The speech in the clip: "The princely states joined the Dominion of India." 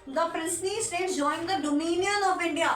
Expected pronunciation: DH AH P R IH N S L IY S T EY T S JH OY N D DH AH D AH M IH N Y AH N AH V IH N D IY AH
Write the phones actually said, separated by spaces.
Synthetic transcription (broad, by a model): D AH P R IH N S N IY S T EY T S JH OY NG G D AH D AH M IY N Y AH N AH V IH N D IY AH